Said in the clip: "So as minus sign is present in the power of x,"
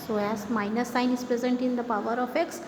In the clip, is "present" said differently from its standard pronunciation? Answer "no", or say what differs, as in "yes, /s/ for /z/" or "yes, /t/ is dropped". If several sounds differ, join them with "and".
no